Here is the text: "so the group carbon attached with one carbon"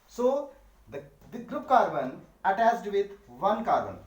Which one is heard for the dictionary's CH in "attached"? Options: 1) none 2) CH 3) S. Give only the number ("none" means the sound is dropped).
3